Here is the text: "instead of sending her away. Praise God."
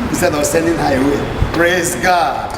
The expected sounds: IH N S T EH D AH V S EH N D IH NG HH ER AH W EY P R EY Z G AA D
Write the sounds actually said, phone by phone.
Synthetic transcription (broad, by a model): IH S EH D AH W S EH N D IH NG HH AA AH W EY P R EY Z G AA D